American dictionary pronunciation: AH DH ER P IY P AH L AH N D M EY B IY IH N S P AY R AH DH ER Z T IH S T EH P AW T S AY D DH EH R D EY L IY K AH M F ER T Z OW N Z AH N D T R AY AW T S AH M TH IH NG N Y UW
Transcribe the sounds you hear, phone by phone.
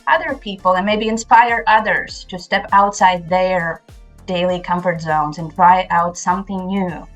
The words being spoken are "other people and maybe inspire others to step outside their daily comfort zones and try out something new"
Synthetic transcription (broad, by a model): AH DH ER P IY P L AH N M EY B IY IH N S P AY R AH DH ER Z T IH S T EH P AW T S AY D DH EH R D EY L IY K AH M F ER T Z OW N Z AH N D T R AY AW T S AH M TH IH NG N Y UW